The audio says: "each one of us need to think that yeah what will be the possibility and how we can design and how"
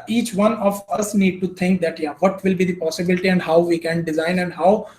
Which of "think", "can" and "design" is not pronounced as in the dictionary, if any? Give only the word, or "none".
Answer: think